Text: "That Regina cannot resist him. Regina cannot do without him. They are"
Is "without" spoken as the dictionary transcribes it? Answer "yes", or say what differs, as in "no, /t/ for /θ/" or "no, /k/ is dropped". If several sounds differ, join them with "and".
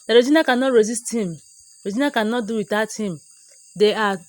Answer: no, /t/ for /θ/